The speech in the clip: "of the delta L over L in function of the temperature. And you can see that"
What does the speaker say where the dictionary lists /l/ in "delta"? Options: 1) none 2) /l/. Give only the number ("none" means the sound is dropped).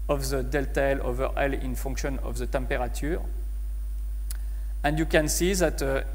2